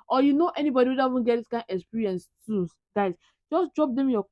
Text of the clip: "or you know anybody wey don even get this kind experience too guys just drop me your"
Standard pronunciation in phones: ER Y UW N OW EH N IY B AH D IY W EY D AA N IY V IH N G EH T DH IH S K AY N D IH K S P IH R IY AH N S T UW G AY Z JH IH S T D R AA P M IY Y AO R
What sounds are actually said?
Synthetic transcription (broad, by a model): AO Y UW N OW EH N IY B AH D IY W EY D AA IY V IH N G EH T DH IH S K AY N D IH K S P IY R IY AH N S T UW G AY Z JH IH S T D R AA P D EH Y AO